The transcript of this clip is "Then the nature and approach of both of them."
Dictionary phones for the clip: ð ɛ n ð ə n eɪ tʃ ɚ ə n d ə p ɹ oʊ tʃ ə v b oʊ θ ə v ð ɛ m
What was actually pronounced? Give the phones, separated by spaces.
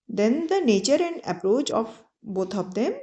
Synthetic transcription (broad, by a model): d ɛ n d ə n eɪ tʃ ɚ ə n d ə p ɹ oʊ tʃ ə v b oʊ t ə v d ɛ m